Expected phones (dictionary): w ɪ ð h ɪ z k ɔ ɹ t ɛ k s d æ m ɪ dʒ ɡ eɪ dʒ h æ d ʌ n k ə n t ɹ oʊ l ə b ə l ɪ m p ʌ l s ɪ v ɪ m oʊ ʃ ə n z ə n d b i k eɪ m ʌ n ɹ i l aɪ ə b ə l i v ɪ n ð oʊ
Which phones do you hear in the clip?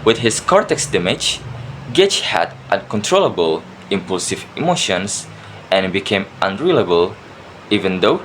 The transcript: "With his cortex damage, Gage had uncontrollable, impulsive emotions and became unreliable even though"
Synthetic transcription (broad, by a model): w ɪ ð h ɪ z k ɔ ɹ t ɛ k s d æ m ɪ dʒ ɡ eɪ tʃ h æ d ʌ n k ə n t ɹ oʊ l ə b ə l ɪ m p ʌ l s ɪ v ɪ m oʊ ʃ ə n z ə n b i k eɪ m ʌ n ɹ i l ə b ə l i v ɪ n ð oʊ